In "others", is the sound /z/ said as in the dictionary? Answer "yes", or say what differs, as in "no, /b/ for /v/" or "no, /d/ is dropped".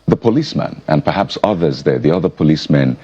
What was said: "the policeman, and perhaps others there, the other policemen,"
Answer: yes